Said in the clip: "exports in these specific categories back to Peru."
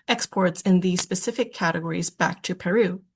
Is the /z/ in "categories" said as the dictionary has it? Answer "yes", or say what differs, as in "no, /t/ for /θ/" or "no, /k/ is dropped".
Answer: yes